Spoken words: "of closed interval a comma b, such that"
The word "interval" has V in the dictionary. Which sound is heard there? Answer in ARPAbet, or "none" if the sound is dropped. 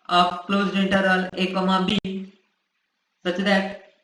none